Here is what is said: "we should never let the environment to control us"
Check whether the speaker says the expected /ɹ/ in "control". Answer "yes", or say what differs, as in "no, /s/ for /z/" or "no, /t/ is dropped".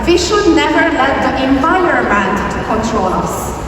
yes